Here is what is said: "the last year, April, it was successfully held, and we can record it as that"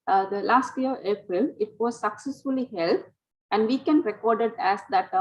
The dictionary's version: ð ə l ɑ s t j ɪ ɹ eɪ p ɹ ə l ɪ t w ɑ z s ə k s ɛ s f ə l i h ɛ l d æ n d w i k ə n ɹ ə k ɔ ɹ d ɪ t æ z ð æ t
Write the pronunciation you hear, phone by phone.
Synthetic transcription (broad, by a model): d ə l ɑ s t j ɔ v eɪ p ɹ ə l ɪ t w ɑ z s ə k s ɛ s f ə l i h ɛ l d æ n d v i k ə n ɹ ə k ɔ ɹ d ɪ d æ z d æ t